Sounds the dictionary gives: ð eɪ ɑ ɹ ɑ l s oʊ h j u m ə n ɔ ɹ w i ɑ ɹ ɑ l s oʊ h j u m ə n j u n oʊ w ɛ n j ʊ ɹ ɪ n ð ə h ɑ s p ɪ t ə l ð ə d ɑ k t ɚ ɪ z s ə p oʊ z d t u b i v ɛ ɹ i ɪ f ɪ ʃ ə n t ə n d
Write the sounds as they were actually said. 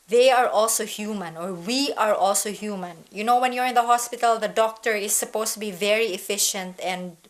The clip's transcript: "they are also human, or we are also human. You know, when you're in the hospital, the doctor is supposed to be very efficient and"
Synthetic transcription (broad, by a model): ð eɪ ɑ ɹ ɑ l s oʊ h j u m ə n ɔ ɹ w i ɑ ɹ ɑ l s oʊ h j u m ə n j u n oʊ w ɛ n j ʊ ɹ ɪ n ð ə h ɑ s p ɪ t ə l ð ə d ɑ k t ɚ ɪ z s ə p oʊ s t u b i v ɛ ɹ i ɪ f ɪ ʃ ə n t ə n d